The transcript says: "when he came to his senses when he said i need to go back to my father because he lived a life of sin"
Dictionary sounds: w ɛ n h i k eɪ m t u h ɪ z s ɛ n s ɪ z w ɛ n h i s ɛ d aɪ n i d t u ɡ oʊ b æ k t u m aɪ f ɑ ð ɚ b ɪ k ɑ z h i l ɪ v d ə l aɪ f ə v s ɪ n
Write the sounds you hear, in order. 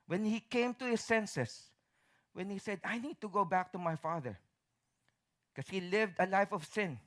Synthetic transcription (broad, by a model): w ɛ n h i k eɪ m t u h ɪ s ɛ n s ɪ s w ɛ n h i s ɛ d aɪ n i d t u ɡ oʊ b æ k t u m aɪ f ɑ ð ɚ k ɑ s h i l ɪ v d ə l aɪ f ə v s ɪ n